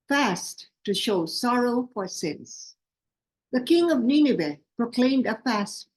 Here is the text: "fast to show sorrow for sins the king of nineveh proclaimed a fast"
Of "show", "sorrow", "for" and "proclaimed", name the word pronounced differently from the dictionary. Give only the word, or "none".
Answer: none